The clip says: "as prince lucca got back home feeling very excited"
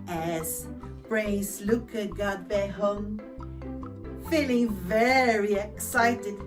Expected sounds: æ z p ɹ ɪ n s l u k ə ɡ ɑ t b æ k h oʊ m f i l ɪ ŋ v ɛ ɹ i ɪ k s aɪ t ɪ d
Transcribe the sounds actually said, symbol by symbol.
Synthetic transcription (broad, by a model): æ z b ɹ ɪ s l u k ə ɡ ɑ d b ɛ h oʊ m f i l ɪ ŋ v ɛ ɹ i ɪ k s aɪ t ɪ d